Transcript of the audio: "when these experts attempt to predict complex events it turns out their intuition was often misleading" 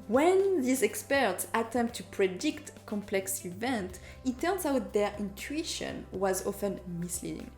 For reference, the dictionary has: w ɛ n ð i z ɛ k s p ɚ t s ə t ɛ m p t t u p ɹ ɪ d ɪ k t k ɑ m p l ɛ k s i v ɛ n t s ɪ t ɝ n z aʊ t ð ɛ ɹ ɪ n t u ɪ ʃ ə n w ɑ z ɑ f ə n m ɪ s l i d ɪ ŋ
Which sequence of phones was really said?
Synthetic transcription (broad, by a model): w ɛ n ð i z ɛ k s p ɚ t s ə t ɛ m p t t u p ɹ ɪ d ɪ k t k ɑ m p l ɛ k s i v ɛ n t ɪ t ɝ n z aʊ t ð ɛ ɹ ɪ n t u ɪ ʃ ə n w ɑ z ɑ f ə n m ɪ s l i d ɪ ŋ